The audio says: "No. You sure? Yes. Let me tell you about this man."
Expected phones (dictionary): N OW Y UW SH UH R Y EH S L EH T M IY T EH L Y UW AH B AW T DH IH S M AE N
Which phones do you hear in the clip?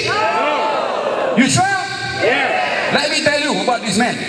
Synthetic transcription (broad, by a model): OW Y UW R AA L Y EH L EH T M IY T EH L Y UW AH B AW T DH IH S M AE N